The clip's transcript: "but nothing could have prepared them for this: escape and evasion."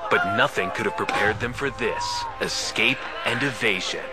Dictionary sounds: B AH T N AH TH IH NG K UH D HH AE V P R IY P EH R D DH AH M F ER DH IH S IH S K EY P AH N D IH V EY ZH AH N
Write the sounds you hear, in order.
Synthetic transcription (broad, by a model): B AH T N AH TH IH NG K UH D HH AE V P R IY P EH R D DH AH M F ER DH IH S IH S K EY P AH N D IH V EY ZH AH N